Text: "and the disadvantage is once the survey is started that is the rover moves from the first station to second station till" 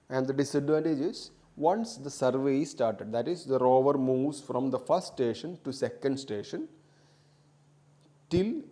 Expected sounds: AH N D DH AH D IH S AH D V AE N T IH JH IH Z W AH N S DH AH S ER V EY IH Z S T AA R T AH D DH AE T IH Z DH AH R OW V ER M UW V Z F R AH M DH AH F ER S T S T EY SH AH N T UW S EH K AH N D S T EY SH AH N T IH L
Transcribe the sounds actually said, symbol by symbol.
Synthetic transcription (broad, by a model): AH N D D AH D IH S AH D V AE N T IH JH IH Z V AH N S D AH S ER V EY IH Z S T AA R T AH D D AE T IH Z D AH R OW V ER M UW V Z F R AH M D AH F ER S T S T EY SH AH N T UW S EH K AH N D S T EY SH AH N T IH L